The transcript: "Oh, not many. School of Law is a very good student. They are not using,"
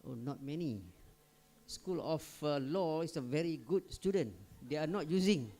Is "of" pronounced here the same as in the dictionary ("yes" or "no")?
no